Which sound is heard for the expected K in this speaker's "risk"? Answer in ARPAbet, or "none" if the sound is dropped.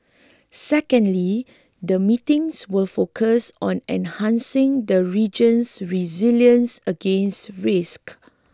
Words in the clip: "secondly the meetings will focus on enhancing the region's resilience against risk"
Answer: K